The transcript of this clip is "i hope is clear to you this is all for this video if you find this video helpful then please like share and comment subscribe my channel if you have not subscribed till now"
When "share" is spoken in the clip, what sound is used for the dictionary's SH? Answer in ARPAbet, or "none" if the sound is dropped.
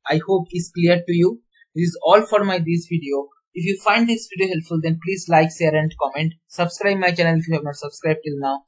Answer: S